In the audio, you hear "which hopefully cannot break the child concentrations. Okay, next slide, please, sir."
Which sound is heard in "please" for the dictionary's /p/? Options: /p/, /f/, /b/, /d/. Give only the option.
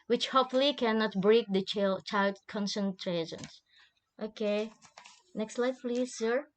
/p/